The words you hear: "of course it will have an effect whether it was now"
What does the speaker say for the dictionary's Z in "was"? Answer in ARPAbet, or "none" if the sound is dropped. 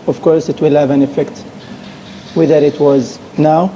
Z